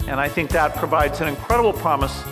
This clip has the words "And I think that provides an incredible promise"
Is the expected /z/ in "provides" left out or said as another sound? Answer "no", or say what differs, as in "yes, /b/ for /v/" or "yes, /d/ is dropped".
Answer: no